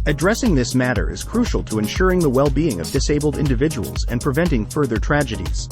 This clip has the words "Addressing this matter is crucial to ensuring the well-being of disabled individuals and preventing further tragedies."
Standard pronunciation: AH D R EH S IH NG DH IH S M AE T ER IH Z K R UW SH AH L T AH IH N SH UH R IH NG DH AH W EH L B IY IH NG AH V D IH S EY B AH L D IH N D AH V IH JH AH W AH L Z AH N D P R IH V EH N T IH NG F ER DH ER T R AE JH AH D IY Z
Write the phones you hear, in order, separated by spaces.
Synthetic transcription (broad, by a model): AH D R EH S IH NG DH IH S M AE T ER IH Z K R UW SH L T AH IH N SH UH R IH NG DH AH W EH L B IY IH NG AH V D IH S EY B L D IH N D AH V IH JH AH W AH L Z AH N P R IH V EH N T IH NG F ER DH ER T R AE JH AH D IY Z